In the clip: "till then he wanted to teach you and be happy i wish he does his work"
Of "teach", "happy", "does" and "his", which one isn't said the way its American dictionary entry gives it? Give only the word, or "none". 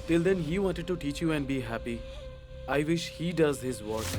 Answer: none